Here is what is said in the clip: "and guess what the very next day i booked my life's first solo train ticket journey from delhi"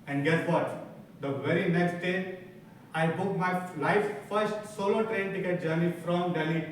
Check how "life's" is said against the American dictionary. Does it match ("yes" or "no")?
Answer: no